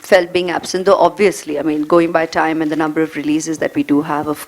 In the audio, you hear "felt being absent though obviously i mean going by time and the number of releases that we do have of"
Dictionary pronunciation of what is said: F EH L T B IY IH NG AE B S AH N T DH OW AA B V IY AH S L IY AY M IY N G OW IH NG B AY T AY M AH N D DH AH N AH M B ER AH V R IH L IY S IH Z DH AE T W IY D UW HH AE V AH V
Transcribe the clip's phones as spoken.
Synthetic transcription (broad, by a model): F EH L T B IY IH NG AE B S AH N T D OW AA B V IY AH S L IY AY M IY N G OW IH NG B AY T AY M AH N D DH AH N AH M B ER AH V R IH L IY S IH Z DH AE T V IY D UW HH AE V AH